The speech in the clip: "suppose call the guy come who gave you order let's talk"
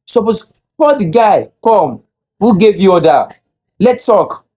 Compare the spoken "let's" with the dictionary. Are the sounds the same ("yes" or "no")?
no